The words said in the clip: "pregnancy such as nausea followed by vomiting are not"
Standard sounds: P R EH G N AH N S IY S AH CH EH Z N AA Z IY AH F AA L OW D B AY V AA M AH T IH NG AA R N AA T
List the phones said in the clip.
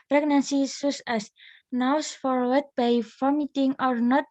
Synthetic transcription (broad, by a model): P R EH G N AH N S IY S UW S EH S N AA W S F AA W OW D B AY F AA M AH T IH NG AA R N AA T